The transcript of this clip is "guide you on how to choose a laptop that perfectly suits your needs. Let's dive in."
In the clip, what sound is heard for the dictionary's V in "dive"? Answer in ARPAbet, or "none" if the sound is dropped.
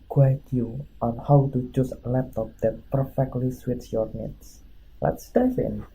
F